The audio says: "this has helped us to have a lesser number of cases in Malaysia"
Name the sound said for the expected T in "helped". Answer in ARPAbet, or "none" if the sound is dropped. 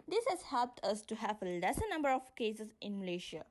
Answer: T